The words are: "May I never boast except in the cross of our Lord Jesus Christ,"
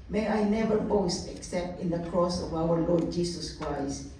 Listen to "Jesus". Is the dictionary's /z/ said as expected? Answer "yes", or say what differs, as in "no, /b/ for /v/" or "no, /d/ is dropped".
no, /s/ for /z/